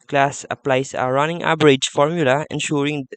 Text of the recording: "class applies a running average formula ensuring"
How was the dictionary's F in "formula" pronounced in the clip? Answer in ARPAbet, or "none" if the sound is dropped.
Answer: F